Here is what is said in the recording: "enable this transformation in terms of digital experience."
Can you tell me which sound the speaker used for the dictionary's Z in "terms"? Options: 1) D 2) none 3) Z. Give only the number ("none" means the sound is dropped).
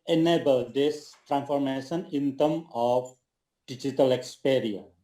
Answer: 2